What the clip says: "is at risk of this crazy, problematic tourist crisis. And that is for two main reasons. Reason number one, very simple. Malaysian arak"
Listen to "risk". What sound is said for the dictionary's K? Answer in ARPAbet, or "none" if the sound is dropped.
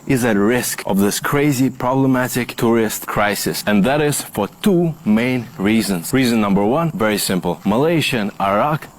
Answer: K